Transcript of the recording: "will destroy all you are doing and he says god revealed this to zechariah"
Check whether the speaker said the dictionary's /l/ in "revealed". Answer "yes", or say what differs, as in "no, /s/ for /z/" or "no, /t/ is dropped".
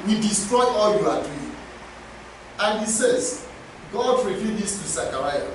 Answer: no, /l/ is dropped